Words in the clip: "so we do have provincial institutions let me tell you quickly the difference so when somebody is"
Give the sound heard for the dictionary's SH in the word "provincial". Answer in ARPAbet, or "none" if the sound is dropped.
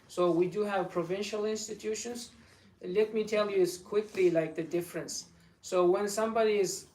SH